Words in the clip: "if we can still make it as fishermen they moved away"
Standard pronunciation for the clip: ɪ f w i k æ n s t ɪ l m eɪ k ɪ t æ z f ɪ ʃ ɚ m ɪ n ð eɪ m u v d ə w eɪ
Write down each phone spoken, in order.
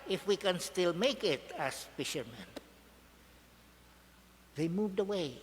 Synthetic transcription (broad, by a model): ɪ f w i k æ n s t ɪ l m eɪ k ɪ t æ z f ɪ ʃ ɚ m ɪ n ð eɪ m u v d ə w eɪ